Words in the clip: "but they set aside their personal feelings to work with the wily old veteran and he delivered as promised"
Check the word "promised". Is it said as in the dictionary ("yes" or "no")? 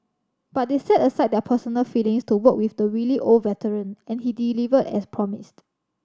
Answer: yes